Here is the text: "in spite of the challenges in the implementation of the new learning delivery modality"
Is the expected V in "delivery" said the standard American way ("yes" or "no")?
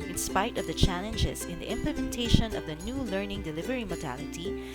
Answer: yes